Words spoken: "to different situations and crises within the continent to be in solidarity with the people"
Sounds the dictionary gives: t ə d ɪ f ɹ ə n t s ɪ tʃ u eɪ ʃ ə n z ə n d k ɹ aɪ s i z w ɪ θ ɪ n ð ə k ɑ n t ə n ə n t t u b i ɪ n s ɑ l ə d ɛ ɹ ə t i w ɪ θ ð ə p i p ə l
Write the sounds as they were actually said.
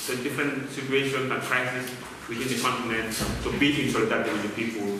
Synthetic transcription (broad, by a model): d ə d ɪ f ɹ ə n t s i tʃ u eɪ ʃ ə n ə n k ɹ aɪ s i s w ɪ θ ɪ n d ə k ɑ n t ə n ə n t t u b i ɪ n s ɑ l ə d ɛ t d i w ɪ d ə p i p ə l